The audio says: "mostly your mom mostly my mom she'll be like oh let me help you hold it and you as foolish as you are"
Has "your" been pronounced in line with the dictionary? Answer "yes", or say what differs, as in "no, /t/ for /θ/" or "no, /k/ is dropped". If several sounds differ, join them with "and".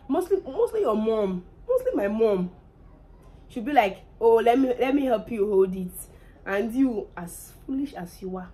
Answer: no, /l/ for /ɹ/